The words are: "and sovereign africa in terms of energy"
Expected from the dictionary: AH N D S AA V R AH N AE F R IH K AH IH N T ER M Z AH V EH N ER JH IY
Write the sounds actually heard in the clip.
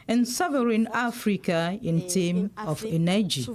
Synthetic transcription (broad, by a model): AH N S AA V R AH N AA F R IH K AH IH N T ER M AH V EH N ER JH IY